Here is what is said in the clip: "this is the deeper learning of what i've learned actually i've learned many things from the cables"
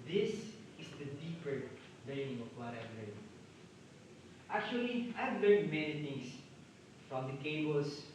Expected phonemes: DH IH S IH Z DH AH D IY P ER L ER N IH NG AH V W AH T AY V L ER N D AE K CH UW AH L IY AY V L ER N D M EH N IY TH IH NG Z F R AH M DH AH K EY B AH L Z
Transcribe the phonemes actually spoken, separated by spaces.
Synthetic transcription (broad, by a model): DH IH S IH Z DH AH D IY P ER L ER N IH NG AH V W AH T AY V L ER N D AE K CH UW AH L IY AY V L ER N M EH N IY T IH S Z F R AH M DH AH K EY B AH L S